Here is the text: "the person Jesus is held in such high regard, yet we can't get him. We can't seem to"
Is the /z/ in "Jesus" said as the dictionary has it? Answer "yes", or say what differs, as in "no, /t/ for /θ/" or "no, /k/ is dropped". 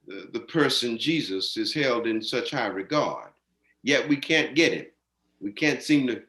yes